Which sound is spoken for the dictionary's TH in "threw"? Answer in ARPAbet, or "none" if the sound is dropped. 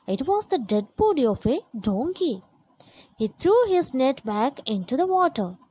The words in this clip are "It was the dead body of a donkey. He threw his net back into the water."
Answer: T